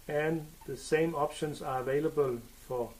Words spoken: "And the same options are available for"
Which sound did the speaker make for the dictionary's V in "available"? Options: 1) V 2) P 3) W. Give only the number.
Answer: 1